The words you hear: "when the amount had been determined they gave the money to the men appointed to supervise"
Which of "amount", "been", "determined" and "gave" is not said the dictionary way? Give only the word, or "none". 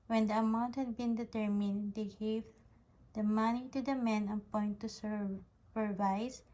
none